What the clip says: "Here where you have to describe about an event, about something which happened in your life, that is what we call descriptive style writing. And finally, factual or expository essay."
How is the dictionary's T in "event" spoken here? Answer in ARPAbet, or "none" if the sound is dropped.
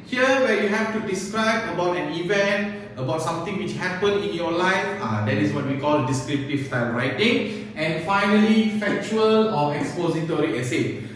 T